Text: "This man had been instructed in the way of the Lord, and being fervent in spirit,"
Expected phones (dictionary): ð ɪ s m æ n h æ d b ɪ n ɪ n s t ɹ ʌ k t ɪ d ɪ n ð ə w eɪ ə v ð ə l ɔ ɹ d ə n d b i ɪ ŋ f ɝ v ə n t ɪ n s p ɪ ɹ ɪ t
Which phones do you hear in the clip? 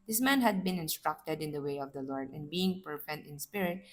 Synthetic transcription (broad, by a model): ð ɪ s m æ n h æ d b ɪ n ɪ n s t ɹ ʌ k t ɪ d ɪ n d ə w eɪ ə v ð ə l ɔ ɹ d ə n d b i ɪ ŋ p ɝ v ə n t ɪ n s p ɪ ɹ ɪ t